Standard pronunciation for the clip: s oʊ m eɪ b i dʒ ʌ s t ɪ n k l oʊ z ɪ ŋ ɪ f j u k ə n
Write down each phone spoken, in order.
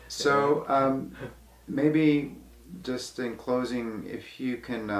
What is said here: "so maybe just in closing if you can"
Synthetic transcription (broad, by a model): s oʊ m eɪ b i dʒ ʌ s t ɪ n k l oʊ z ɪ ŋ ɪ f j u k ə n